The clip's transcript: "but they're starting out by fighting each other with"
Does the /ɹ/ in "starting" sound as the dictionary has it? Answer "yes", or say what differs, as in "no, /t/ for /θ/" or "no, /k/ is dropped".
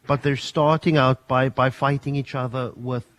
yes